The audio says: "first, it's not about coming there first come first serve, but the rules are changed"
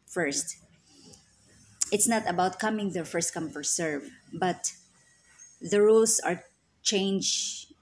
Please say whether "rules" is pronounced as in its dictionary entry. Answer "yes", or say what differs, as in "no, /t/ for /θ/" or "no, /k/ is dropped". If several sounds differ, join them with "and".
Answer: no, /s/ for /z/